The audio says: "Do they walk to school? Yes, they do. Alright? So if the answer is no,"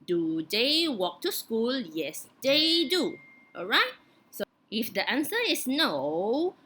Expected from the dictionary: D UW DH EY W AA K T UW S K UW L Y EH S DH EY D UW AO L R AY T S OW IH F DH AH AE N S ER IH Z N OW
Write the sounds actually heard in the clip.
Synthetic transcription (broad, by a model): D UW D EY W AA K T UW S K UW L Y EH S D EY D UW AO L R AY T S OW IH F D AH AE N S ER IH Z N OW